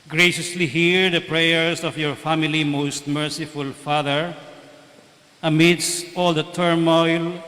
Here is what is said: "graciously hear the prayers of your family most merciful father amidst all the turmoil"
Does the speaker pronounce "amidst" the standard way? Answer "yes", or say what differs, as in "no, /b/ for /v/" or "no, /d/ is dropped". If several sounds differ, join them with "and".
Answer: yes